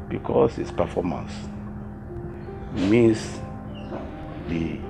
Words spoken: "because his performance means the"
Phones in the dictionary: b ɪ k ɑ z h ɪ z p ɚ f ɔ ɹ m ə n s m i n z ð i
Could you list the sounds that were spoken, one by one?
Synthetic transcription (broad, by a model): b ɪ k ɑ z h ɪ s p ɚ f ɔ m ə n s m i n s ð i